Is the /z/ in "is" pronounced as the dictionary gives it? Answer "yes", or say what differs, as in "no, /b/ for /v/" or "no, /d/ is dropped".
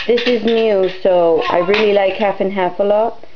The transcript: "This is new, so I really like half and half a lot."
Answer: yes